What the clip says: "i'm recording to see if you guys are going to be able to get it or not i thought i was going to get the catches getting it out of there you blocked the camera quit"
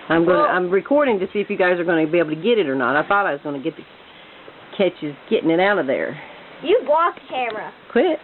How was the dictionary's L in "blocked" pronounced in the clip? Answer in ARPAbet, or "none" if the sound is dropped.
none